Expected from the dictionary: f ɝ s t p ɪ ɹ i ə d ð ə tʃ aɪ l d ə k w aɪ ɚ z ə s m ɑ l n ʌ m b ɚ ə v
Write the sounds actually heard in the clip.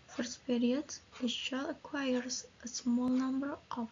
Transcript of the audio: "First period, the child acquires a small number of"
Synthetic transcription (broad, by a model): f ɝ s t p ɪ ɹ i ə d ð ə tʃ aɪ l ə k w aɪ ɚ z ə s m ɑ l n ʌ m b ɚ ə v